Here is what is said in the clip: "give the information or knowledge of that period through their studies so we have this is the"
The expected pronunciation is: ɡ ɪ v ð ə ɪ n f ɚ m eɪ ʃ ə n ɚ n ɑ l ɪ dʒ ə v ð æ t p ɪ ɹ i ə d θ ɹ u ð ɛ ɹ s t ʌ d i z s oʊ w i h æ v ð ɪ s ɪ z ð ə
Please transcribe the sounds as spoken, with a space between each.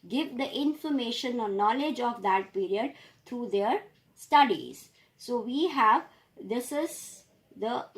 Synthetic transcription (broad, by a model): ɡ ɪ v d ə ɪ n f ɚ m eɪ ʃ ə n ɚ n ɑ l ɪ dʒ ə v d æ t p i ɹ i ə d t ɹ u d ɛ ɹ s t ʌ d i z s oʊ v i h æ v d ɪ s ɪ z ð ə